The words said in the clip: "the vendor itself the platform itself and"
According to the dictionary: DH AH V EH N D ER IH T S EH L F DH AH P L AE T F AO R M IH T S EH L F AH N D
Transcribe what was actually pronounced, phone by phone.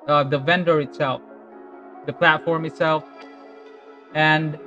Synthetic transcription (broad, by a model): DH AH V EH N D ER IH T S EH L F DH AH P L AE T F AO R M IH T S EH L F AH N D